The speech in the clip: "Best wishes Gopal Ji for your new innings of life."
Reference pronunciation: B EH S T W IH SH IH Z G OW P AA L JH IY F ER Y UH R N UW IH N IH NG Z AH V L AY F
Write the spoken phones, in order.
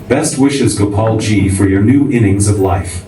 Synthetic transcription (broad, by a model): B EH S T W IH SH IH Z G OW P AA L JH IY F ER Y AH R N UW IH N IH NG Z AH V L AY F